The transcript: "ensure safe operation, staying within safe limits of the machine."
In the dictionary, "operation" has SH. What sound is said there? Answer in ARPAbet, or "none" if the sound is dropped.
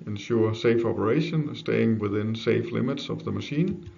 SH